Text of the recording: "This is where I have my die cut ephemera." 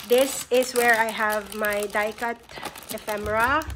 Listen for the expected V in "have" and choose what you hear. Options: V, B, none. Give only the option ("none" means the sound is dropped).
V